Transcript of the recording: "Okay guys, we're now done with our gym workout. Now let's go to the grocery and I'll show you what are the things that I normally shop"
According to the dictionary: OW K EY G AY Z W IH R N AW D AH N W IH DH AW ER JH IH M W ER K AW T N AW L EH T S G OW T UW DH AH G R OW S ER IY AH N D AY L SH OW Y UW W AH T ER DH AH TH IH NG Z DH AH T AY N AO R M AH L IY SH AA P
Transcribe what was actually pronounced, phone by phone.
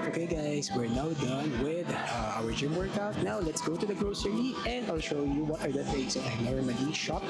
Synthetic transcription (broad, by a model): OW K EY G AY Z W IH R N AW D AH N W IH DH AW ER JH IH M W ER K AW T N AW L EH T S G OW T UW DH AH G R OW S ER IY AH N D AY L SH OW Y UW W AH T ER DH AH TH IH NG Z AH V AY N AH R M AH N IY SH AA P